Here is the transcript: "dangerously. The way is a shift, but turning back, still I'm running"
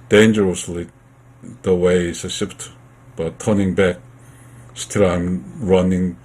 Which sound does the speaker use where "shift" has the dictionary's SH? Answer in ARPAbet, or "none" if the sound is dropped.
S